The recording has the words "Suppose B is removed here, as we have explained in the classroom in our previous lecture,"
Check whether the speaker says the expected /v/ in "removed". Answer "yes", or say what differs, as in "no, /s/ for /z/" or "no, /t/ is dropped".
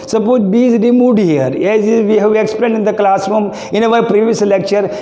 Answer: no, /v/ is dropped